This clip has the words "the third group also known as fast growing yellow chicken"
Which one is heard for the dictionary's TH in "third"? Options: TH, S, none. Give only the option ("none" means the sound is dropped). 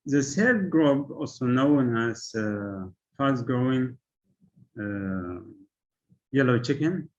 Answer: S